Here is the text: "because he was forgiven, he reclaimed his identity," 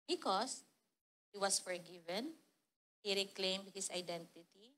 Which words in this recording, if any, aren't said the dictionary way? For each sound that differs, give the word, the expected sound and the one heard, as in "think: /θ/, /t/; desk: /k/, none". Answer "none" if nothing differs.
was: /z/, /s/; his: /z/, /s/